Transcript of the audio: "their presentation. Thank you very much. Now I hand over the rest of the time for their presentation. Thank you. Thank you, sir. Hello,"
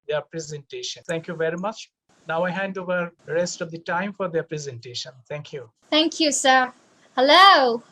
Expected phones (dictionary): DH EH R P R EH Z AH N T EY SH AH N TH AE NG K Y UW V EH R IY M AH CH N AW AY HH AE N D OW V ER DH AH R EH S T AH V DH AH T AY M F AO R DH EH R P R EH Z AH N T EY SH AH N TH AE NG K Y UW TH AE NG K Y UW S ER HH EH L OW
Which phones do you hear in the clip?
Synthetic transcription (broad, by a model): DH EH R P R EH Z AH N T EY SH AH N T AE NG K Y UW V EH R IY M AH CH N AW AY HH AE N D OW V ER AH R EH S T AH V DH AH T AY M F AO R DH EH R P R EH Z AH N T EY SH AH N T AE NG K Y UW T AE NG K Y UW S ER HH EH L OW